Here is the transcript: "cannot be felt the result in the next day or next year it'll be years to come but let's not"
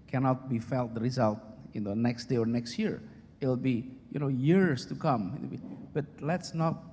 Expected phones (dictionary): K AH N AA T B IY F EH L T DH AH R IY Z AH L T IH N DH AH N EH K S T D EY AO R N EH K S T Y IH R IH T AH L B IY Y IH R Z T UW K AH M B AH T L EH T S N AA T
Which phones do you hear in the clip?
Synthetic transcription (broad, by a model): K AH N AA T B IY F EH L T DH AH R IY Z AH L T IH N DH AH N EH K S T D EY AO R N EH K S T Y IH R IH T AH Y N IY Y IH R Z T UW K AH M B AH T L EH T S N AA T